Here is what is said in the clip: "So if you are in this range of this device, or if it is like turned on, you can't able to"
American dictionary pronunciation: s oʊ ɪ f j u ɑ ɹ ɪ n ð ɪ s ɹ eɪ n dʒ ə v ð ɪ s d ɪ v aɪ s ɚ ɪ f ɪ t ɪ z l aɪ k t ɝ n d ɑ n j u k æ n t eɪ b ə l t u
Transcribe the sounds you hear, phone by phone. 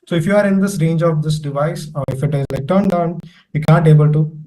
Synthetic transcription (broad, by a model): s oʊ ɪ f j u ɑ ɹ ɪ n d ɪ s ɹ eɪ n dʒ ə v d ɪ s d ɪ v aɪ s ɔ ɪ f ɪ t ɪ z l aɪ k t ɝ n d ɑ n j u k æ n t eɪ b ə l t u